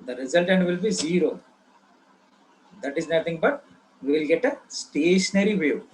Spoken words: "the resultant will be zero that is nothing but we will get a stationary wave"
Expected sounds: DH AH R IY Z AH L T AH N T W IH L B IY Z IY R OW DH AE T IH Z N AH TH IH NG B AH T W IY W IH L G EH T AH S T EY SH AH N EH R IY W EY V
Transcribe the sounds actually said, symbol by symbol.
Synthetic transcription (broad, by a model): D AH R IY Z AH L T AH N T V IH L B IY Z IY R OW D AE T IH Z N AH T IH NG B AH T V IY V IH L G EH T AH S T EY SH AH N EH R IY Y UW